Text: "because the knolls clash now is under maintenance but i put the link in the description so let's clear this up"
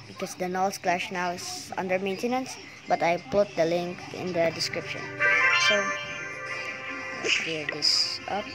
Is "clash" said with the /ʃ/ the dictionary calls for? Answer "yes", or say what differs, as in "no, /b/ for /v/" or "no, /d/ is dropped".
yes